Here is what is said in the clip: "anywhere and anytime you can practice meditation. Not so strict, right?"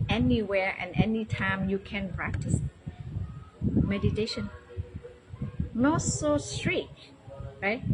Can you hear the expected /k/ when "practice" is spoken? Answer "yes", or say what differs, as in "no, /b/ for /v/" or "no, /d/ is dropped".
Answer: yes